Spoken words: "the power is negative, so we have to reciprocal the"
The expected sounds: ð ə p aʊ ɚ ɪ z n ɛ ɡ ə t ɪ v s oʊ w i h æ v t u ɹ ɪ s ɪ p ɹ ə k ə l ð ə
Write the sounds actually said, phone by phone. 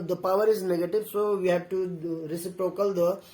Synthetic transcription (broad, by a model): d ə p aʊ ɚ ɪ z n ɛ ɡ ə t ɪ v s oʊ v i h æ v t u ɹ ɪ s ɪ p ɹ ə k ə l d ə